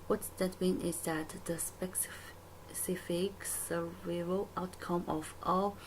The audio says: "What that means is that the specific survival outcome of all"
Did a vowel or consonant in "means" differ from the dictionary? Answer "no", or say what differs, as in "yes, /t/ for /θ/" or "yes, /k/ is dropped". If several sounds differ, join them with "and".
yes, /z/ is dropped